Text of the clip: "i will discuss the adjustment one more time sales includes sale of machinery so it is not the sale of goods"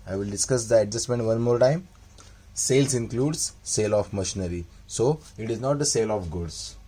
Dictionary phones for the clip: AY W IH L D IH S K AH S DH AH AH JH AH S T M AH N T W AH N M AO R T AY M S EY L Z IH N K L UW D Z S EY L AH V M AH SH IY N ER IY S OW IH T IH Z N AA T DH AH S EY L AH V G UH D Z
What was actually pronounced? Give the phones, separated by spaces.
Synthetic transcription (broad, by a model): AY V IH L D IH S K AH S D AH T JH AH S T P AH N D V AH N M AO R T AY M S EY L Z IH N K L UW D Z S EY L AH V M AH SH IY N ER IY S OW IH T IH Z N AA T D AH S EY L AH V G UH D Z